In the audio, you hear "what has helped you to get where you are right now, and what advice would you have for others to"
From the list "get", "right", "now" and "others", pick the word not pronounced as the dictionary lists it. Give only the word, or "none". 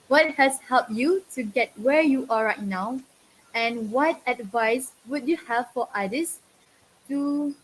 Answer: others